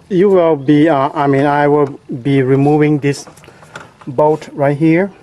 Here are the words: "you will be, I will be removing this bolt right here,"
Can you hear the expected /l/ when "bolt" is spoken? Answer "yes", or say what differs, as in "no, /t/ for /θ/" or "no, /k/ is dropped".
no, /l/ is dropped